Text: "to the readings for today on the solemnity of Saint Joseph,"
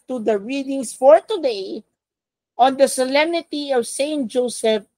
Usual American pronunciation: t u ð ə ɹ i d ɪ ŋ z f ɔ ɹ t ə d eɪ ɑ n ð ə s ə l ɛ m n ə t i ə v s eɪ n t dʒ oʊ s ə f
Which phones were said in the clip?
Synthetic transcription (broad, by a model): t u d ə ɹ i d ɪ ŋ s f ɔ ɹ t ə d eɪ ɑ n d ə s ə l ɛ m n ə t i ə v s eɪ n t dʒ oʊ s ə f